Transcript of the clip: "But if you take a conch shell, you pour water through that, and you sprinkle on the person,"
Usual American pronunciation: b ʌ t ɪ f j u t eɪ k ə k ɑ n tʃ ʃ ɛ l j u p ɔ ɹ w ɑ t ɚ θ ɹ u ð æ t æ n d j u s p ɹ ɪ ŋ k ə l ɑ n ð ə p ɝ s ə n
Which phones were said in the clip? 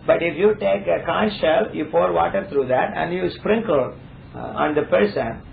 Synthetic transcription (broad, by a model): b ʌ t ɪ f j u t eɪ k ə k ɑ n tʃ ʃ ɛ l j u p ɔ ɹ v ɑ t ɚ t ɹ u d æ t æ n d j u s p ɹ ɪ ŋ k ə l ɑ n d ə p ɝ s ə n